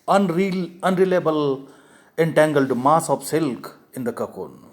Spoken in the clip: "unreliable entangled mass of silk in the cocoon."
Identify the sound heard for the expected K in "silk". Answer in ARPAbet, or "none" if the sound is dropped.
K